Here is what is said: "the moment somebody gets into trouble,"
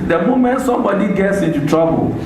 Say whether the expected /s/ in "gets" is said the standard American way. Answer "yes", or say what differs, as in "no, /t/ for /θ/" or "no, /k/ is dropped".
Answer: yes